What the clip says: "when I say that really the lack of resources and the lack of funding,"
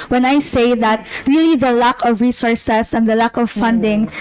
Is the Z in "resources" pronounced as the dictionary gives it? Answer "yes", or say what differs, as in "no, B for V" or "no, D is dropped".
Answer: no, S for Z